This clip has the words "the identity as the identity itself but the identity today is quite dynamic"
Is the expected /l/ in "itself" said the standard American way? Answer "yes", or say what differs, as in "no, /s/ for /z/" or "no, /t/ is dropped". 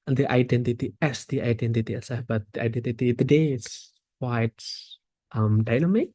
no, /l/ is dropped